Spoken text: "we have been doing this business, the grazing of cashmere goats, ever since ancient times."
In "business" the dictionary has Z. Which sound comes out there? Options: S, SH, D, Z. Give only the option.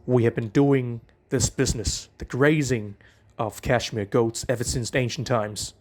Z